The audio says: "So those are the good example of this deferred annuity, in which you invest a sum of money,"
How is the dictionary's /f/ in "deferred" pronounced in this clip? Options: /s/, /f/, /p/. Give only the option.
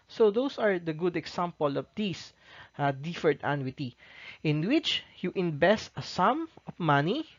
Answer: /f/